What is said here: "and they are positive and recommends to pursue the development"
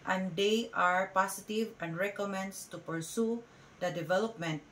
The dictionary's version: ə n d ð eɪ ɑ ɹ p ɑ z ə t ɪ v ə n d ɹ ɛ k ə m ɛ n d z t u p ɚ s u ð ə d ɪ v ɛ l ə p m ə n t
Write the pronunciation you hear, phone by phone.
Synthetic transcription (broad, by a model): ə n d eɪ ɑ ɹ p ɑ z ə t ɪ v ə n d ɹ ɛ k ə m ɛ n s t u p ɚ s u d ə d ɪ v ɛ l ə p m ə n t